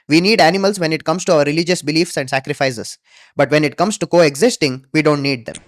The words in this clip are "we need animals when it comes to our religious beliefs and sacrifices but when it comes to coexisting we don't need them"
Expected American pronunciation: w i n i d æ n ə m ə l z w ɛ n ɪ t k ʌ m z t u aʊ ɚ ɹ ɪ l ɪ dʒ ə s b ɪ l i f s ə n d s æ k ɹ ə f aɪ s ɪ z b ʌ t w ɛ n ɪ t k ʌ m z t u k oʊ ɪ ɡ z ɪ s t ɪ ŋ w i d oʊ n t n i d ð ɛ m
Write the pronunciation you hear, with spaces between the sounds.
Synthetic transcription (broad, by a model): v i n i d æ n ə m ə l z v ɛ n ɪ t k ʌ m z t u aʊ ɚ ɹ ɪ l ɪ dʒ ə s b ɪ l i f s ə n d s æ k ɹ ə f aɪ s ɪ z b ʌ t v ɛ n ɪ t k ʌ m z t u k oʊ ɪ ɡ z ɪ s t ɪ ŋ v i d oʊ n t n i d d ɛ m